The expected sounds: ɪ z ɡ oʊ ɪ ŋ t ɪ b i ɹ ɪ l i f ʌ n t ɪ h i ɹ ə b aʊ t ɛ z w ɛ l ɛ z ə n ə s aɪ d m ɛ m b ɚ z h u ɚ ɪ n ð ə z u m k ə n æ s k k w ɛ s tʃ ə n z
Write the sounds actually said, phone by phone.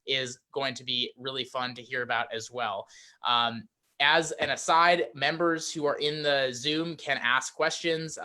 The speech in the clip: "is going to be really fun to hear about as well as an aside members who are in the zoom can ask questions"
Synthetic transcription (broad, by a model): ɪ z ɡ oʊ ɪ ŋ t ɪ b i ɹ ɪ l i f ʌ n t ɪ h i ɹ ə b aʊ t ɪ z w ɛ l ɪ z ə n ə s aɪ d m ɛ m b ɚ z h u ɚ ɪ n ð ə z u m k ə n æ s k k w ɛ s tʃ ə n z